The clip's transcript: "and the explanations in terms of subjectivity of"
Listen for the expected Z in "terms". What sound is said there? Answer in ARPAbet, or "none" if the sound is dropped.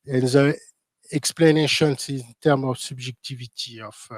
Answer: none